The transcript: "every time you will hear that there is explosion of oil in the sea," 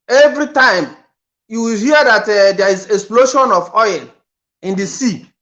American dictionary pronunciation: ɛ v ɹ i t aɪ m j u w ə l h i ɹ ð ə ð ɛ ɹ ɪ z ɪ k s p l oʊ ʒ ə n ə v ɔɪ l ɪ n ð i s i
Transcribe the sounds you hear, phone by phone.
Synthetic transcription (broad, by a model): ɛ v ɹ i t aɪ m j u w ə l h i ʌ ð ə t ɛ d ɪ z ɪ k s p l oʊ ʃ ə n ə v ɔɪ n ɪ n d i s i